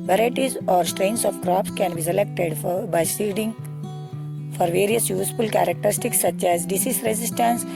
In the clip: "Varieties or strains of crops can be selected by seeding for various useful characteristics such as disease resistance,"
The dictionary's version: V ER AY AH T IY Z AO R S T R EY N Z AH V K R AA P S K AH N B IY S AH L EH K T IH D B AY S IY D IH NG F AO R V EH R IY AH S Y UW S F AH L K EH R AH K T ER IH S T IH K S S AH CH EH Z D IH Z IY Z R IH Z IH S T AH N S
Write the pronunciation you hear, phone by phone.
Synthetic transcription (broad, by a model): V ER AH T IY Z AO R S T R EY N S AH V K R AA P S K AH N B IY S AH L EH K T IH D B AY S IY D IH NG F AO R V EH R IY AH S Y UW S F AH L K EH R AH K T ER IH S T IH K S S AH CH EH Z D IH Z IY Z R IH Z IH S T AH N S